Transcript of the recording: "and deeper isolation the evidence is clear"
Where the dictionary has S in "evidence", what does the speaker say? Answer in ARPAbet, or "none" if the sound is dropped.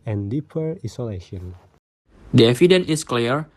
none